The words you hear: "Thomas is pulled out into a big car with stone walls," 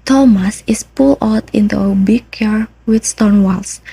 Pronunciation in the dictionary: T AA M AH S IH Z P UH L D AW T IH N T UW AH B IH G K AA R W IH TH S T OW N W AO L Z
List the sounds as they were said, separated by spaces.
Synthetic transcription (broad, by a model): T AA M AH S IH S P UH L AW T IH N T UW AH B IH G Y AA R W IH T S T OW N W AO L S